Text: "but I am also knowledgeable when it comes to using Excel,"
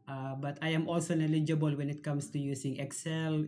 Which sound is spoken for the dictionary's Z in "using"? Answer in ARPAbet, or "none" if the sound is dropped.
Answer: S